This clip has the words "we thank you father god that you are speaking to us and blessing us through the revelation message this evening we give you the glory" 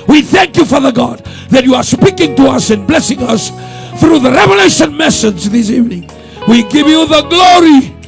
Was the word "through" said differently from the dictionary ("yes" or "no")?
no